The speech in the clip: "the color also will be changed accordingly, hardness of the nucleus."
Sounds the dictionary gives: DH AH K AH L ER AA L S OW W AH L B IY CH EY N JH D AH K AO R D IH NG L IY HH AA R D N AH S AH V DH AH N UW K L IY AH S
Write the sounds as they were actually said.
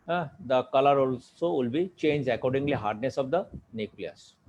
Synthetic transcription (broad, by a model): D AH K AH L ER AA L S OW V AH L B IY CH EY N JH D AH K AO R D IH NG L IY HH AA R D N AH S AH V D AH N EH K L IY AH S